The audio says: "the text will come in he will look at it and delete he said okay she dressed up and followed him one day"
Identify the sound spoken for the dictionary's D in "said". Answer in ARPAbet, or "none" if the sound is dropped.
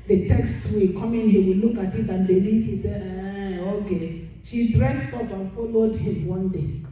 none